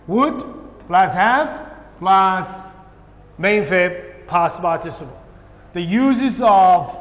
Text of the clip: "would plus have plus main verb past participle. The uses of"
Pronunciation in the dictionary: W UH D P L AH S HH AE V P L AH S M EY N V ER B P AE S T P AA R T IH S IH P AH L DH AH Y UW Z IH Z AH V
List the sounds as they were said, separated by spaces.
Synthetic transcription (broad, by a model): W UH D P L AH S HH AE F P L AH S M EY N F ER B P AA S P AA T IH S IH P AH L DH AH Y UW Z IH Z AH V